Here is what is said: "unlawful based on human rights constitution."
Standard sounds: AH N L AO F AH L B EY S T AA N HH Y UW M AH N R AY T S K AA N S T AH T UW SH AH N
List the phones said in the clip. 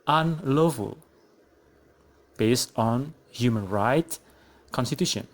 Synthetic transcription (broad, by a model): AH N L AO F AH L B EY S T AA N HH Y UW M AH N R AY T K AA N S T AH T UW SH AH N